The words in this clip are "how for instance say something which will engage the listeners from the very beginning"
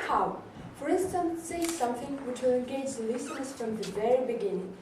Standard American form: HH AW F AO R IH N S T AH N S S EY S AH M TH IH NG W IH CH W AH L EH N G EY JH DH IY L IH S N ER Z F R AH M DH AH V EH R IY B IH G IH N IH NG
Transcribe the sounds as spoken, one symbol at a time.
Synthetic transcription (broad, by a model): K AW F AO R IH N S T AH N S S EY S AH M T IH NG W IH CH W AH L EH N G EY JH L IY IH S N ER S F R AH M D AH V EH R IY B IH G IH N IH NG